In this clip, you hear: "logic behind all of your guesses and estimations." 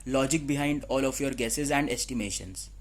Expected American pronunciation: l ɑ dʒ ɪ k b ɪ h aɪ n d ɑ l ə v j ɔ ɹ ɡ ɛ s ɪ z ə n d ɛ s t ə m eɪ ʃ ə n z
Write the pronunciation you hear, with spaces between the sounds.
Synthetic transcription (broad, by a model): l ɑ dʒ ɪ k b ɪ h aɪ n d ɑ l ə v j ɔ ɹ ɡ ɛ s ɪ z ə n d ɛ s t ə m eɪ ʃ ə n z